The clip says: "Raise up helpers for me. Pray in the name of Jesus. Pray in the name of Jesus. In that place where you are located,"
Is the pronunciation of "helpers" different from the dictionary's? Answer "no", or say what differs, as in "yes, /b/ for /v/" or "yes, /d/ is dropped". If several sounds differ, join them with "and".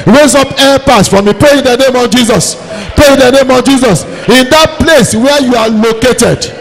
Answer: yes, /l/ is dropped and /s/ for /z/